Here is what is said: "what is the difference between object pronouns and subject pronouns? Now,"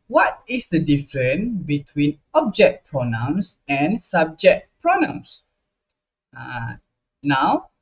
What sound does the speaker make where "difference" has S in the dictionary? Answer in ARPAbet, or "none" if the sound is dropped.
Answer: none